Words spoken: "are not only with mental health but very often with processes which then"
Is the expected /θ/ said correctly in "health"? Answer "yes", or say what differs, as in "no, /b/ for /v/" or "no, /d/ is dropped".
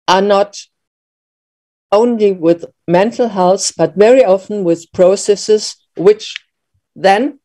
no, /s/ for /θ/